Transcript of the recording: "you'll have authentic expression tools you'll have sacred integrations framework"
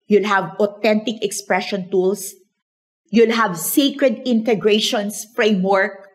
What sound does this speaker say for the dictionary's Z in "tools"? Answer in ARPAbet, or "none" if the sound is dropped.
S